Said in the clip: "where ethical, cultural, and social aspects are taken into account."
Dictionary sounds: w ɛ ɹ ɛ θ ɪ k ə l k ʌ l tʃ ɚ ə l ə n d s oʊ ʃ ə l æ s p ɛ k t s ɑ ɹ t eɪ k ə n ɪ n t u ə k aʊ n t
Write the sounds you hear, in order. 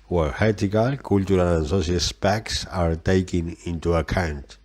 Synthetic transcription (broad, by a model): w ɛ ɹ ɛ t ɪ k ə l k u l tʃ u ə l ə n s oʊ s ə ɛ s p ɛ k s ɑ ɹ t eɪ k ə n ɪ n t u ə k aʊ n t